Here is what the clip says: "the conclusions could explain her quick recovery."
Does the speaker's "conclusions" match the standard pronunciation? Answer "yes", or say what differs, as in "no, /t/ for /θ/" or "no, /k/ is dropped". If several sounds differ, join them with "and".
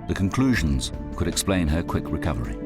yes